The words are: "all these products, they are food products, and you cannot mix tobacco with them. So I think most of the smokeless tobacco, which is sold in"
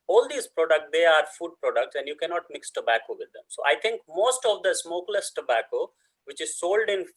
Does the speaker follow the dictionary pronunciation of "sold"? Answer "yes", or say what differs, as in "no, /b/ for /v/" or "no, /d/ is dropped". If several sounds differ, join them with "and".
yes